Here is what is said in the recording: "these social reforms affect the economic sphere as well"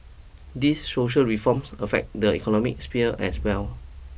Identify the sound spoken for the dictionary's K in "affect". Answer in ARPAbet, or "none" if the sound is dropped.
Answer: K